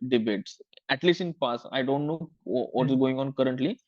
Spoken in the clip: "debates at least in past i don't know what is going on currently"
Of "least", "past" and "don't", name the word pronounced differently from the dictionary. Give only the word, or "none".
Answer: past